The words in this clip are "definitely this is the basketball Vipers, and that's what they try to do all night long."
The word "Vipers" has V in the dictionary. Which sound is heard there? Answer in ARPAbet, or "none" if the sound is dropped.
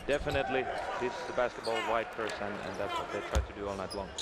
W